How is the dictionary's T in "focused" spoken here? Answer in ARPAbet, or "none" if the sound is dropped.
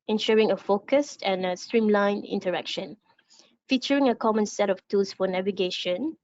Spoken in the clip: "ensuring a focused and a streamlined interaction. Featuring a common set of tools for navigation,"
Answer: T